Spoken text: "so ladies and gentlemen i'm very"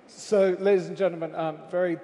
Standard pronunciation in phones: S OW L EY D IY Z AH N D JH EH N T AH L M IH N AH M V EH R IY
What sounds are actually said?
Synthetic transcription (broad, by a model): S OW L EY D IY Z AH N JH EH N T L M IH N AH M V EH R IY